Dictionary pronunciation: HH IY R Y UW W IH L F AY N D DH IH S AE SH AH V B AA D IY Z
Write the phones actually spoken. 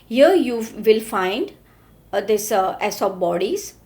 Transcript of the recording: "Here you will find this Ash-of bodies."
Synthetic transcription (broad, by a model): HH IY R Y UW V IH L F AY N D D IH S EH S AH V B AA D IY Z